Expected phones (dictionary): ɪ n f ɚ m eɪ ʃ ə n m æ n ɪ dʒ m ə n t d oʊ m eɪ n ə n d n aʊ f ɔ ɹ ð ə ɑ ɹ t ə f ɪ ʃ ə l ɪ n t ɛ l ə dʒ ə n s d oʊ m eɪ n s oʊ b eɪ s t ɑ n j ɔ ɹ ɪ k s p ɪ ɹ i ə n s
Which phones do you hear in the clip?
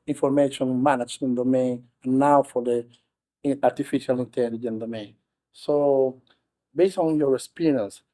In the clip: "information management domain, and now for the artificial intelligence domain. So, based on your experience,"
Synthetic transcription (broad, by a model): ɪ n f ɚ m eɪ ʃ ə n m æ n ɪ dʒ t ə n d oʊ m eɪ n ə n n aʊ f ɔ ɹ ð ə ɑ ɹ t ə f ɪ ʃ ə l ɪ n t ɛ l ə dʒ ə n d oʊ m eɪ n s oʊ b eɪ s t ɑ n j ɔ ɹ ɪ s p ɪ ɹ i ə n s